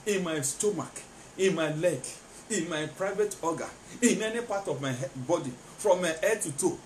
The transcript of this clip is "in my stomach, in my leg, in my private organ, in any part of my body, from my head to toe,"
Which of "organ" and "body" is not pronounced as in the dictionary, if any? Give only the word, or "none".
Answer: organ